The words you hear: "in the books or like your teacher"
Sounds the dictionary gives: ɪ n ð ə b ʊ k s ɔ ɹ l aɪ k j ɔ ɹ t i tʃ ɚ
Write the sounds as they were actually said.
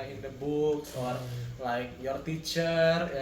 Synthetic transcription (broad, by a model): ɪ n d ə b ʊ k ɔ ɹ l aɪ k j ɔ ɹ t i tʃ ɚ